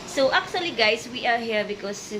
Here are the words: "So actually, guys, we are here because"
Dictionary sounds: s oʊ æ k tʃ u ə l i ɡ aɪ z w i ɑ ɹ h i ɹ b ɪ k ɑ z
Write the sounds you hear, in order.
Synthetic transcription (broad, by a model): s oʊ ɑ k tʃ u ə l i ɡ aɪ s w i ɑ ɹ h i ɹ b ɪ k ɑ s